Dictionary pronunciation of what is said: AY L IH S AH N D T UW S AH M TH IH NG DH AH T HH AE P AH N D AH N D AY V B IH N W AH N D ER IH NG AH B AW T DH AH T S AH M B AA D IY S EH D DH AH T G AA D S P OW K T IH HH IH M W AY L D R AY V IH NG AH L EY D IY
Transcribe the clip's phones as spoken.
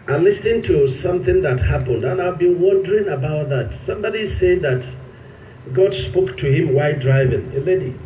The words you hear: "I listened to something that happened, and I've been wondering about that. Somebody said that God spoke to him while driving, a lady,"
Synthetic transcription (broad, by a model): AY L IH S N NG T UW S AH M TH IH NG DH AH T HH AE P AH N D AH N AY V B IH N W AH N D ER IH NG AH B AW T DH AH T S AH M B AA D IY S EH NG DH AH T G AA D S P OW K T IH HH IH M W AY D R AY V IH NG AH L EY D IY